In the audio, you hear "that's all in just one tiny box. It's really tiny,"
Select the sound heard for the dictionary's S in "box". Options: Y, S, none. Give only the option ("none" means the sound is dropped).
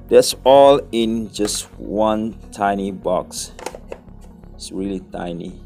S